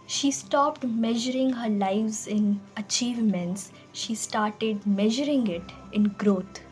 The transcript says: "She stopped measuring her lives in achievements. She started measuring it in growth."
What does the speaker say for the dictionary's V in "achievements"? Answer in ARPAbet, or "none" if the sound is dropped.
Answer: V